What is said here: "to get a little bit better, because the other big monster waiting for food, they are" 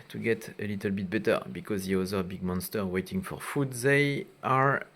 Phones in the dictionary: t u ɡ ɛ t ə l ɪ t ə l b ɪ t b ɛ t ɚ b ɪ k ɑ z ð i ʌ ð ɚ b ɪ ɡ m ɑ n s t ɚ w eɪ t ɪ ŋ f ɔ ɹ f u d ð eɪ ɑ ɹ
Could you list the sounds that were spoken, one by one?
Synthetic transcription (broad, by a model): t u ɡ ɛ t ə l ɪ t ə l b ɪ t b ɛ t ɚ b ɪ k ɑ z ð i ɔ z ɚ b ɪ ɡ m ɑ n s t ɚ w eɪ t ɪ ŋ f ɔ ɹ f u d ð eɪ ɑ ɹ